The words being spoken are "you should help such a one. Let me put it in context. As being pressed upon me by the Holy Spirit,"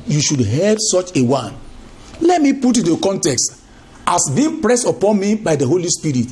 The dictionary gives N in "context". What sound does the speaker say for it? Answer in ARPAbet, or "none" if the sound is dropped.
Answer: N